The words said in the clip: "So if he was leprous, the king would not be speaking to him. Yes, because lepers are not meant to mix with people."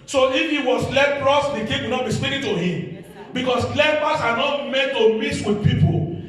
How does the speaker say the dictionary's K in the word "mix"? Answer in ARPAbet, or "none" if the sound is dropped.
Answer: none